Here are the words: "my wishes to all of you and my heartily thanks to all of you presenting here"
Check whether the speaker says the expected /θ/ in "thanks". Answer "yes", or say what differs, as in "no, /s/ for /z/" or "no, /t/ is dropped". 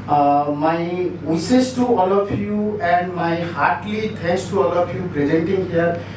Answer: no, /t/ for /θ/